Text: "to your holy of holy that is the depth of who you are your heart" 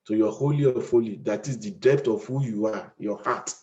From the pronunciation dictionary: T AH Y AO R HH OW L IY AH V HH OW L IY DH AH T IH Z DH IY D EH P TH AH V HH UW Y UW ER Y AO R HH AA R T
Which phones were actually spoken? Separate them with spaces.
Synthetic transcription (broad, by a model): T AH Y AO HH OW L IY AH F OW L IY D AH T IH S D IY D EH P T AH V HH UW Y UW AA Y AO HH AA T